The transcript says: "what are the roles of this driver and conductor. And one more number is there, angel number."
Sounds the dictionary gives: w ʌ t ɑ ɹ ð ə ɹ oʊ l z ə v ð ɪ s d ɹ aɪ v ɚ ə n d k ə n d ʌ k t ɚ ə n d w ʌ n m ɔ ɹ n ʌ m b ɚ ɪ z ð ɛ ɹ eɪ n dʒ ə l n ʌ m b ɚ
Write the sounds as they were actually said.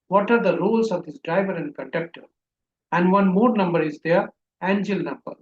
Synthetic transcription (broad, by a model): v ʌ t ɑ ɹ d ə ɹ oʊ l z ə v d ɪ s d ɹ aɪ v ɚ ə n d k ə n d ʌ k t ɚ ə n d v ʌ n m ɔ ɹ n ʌ m b ɚ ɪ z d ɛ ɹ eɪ n dʒ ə l n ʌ m b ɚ